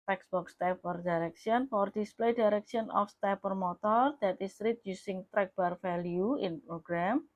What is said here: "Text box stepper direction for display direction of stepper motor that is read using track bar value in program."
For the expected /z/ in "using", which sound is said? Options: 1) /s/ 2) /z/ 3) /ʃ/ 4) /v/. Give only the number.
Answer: 1